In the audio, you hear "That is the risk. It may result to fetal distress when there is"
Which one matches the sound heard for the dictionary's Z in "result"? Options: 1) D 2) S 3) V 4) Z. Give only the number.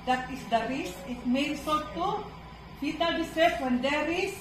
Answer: 2